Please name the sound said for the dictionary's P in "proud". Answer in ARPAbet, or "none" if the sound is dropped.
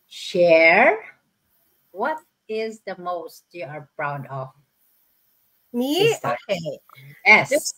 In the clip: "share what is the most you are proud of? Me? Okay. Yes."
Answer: B